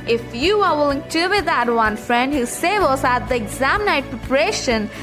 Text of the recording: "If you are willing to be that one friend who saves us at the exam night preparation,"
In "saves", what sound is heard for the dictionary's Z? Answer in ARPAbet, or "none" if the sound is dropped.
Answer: none